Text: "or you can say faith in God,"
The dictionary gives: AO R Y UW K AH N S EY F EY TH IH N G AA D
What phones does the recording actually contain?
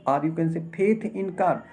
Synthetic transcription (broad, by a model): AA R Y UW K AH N S EY P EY T IH N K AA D